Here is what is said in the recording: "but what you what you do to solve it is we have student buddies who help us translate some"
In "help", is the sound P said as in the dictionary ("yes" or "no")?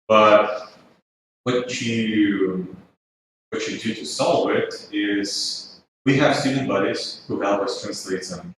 no